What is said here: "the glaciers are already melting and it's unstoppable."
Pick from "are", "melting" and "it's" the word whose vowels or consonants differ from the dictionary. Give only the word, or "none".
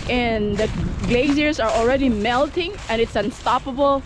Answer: none